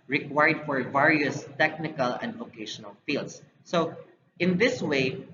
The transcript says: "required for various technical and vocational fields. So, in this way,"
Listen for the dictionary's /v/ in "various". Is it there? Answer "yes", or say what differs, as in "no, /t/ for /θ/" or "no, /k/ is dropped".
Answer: yes